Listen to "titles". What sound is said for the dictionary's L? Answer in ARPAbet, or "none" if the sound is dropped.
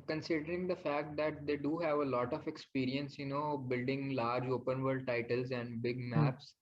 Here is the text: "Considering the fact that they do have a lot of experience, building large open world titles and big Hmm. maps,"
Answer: L